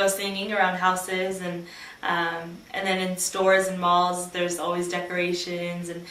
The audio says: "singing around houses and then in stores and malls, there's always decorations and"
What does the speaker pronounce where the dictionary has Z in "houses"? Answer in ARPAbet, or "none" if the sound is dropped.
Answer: Z